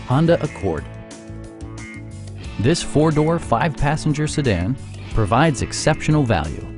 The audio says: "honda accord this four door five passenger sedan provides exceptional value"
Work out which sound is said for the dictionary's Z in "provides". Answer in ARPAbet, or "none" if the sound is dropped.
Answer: Z